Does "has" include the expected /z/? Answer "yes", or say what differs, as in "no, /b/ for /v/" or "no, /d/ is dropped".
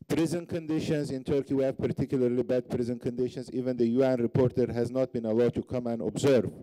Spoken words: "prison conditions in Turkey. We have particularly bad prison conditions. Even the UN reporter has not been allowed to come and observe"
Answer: yes